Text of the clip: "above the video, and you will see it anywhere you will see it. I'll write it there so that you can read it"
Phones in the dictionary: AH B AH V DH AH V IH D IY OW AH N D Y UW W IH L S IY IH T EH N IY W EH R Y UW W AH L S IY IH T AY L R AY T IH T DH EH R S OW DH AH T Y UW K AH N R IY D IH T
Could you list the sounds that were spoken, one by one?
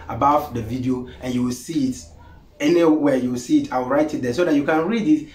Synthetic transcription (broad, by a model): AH B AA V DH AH V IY D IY OW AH N Y UW W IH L S IY IH T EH N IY W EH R Y UW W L S IY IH T AY W R AY T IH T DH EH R S OW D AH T Y UW K AH N R IY D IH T